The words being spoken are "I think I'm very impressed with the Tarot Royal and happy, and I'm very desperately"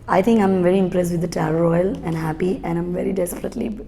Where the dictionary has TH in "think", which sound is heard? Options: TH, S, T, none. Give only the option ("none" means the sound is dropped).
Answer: T